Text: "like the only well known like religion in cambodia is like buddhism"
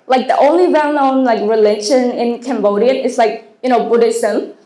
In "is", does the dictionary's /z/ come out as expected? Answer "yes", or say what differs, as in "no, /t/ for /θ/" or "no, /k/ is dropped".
no, /s/ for /z/